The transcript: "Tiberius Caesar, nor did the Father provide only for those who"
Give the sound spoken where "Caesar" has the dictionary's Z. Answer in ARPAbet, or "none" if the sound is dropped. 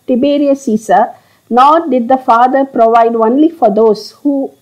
S